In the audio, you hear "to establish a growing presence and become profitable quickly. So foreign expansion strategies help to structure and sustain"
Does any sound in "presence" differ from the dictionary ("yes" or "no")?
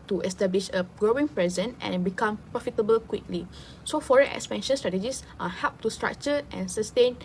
yes